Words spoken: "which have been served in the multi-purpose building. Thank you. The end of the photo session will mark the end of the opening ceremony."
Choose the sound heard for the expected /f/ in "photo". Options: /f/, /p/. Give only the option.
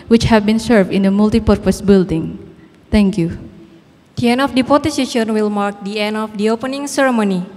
/p/